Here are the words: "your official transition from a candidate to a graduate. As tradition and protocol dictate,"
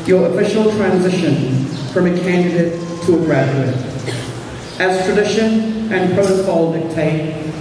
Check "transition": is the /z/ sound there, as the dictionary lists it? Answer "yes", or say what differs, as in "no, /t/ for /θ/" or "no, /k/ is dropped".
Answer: yes